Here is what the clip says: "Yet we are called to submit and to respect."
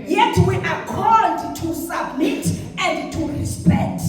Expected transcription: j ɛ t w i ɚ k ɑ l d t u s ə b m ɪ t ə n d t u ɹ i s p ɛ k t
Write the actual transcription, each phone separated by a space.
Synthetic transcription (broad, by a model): j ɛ t w i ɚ k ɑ d t u s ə b m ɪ t ə n d t u ɹ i s p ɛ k t